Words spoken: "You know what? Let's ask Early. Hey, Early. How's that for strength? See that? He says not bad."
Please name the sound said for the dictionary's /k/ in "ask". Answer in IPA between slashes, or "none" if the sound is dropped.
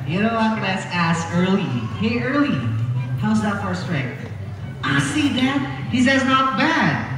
none